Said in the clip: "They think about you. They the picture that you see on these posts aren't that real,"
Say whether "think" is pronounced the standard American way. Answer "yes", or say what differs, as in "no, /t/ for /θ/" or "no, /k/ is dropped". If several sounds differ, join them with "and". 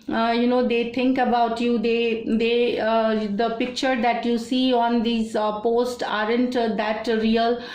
no, /t/ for /θ/